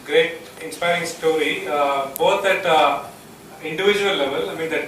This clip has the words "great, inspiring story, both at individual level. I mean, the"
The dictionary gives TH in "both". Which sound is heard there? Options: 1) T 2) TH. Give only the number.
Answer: 1